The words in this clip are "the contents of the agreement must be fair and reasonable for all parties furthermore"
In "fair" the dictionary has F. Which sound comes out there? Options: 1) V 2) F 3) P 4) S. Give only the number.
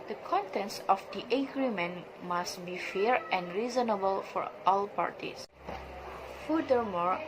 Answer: 2